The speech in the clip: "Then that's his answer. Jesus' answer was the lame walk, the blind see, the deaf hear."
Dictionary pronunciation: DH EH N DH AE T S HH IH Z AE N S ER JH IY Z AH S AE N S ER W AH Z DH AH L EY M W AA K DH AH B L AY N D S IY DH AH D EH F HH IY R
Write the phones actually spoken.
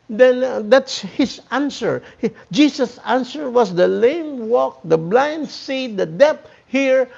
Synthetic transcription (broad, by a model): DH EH N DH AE T S HH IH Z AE N S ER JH IY S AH S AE N S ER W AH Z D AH L EY M W AA K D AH B L AY N D S IY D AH D EH P HH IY R